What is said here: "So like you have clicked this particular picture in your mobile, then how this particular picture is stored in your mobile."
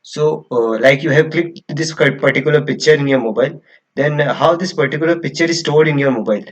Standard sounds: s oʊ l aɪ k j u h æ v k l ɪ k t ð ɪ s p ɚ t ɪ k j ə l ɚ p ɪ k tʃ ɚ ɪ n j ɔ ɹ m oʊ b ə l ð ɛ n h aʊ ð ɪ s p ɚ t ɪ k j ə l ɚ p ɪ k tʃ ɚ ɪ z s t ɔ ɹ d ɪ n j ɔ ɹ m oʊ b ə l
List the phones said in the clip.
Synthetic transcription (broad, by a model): s oʊ l aɪ k j u h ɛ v k l ɪ k t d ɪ s p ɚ t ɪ k j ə l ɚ p ɪ k tʃ ɚ ɪ n j ɔ ɹ m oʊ b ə l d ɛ n h aʊ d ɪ s p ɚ t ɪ k j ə l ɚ p ɪ k tʃ ɚ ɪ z s t ɔ ɹ d ɪ n j ɔ ɹ m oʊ b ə l